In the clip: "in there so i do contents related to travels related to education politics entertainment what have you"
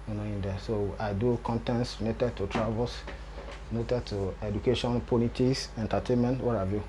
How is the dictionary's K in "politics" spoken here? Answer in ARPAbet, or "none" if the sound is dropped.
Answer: none